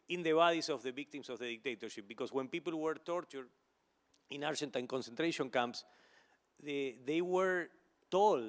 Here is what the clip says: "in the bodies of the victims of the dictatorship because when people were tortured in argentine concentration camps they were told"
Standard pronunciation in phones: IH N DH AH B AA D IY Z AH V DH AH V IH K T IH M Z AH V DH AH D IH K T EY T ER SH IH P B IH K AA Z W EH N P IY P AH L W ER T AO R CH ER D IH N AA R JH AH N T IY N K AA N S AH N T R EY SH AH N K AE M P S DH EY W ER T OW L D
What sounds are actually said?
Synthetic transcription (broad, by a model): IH N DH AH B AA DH IY S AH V DH AH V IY K T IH M S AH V DH AH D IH K T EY T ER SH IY P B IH K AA S W EH N P IY P AH L W ER T AO R CH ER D IH N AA R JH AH N T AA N K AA N S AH N T R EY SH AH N K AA M P S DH EY W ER T OW L